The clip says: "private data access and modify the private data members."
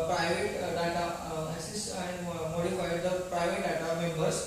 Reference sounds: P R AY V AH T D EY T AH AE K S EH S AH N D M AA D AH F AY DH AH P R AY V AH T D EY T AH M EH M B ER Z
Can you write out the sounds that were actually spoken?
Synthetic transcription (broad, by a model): P R AY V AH T D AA T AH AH S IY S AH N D M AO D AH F AY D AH P R AY V AH T D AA T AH M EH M B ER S